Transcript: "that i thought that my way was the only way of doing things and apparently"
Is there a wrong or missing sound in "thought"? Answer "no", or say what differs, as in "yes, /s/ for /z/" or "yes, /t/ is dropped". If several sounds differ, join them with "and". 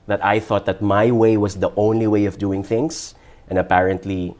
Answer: no